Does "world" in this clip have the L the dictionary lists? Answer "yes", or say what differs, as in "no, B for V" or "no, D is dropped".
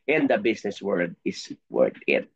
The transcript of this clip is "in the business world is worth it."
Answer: no, L is dropped